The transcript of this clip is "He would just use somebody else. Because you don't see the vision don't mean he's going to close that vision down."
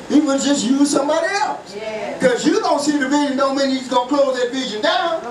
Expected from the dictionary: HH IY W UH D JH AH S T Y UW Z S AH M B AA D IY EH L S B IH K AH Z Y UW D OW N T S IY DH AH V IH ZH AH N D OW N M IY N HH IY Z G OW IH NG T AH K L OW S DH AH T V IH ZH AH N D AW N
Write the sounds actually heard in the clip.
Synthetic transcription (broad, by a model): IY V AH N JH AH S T Y UW Z S AH M B AA D IY EH L S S K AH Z Y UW D OW N T S IY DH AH V IH ZH AH N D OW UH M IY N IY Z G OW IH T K OW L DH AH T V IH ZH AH N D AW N